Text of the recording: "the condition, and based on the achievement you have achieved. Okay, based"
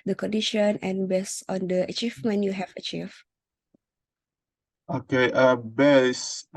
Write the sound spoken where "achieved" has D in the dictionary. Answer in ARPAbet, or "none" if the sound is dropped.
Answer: none